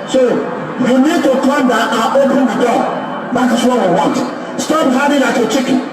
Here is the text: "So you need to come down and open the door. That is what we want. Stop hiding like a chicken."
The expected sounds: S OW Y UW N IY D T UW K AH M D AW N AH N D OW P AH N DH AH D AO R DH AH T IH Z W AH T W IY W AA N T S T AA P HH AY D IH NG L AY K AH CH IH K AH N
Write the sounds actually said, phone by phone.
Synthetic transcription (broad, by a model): S OW Y UW N IY D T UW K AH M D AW AH OW P AH N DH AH D AO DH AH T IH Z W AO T W IY W AA N T S T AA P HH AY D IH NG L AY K AH CH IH K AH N